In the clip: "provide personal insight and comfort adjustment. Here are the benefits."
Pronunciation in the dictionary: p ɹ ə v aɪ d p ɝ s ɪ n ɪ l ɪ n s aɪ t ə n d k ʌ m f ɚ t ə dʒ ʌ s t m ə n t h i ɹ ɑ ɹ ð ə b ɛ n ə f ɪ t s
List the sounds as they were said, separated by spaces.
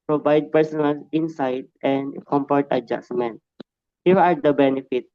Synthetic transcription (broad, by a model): p ɹ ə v aɪ d p ɝ s ɪ n ɪ l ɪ n s aɪ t ə n d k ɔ m p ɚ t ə dʒ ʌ s m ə n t h i ɹ ɑ ɹ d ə b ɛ n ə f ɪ t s